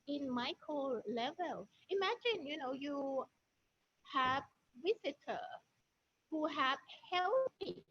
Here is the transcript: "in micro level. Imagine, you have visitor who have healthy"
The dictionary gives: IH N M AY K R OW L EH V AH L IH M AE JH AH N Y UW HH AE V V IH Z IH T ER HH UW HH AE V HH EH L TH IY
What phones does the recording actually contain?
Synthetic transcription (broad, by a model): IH N M AY K OW L EH V AH L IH M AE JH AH N Y UW HH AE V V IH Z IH T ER HH UW HH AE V HH EH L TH IY